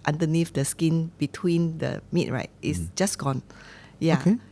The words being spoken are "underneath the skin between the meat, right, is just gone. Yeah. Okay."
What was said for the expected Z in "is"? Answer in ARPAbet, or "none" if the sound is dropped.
S